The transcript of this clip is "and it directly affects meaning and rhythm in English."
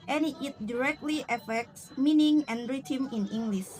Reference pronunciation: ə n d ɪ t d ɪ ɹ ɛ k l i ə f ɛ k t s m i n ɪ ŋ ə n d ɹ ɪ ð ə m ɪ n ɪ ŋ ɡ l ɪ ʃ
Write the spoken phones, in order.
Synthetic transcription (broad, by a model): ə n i ɪ t d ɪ ɹ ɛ k l i ə f ɛ k t s m i n ɪ ŋ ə n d ɹ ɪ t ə m ɪ n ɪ ŋ ɡ l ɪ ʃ